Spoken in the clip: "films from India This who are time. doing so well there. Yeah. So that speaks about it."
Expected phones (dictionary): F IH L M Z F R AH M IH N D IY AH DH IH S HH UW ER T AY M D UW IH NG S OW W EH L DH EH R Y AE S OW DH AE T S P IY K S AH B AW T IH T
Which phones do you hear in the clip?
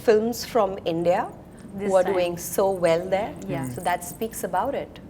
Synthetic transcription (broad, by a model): F IH L M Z F R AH M IH N D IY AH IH HH UW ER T D UW IH NG S OW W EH L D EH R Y S OW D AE T S P IY K S AH B AW T IH T